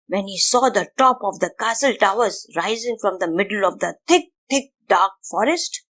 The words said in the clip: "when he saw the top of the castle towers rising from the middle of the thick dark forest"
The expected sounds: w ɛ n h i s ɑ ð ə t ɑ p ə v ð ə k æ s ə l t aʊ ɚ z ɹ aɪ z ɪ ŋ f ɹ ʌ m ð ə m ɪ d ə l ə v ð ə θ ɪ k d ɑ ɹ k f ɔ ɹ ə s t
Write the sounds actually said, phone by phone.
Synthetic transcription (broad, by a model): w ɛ n h i s ɑ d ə t ɑ p ə v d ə k æ s ə l t aʊ ɚ z ɹ aɪ z ɪ ŋ f ɹ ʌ m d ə m ɪ d ə l ə v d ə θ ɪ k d ɑ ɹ k f ɔ ɹ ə s t